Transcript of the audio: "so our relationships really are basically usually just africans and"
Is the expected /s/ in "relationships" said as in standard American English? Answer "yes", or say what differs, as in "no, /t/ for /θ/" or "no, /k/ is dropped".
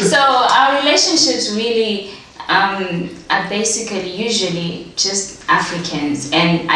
yes